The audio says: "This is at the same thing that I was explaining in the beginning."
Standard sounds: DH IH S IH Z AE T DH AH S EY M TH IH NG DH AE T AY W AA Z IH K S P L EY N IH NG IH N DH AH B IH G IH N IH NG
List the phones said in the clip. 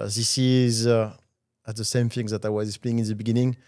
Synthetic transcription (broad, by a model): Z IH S IH Z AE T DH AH S EY M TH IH NG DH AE T AY W AA Z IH S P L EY IH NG IH N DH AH B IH G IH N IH NG